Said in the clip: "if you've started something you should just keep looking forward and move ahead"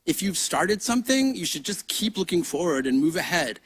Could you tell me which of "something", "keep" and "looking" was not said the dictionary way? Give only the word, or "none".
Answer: none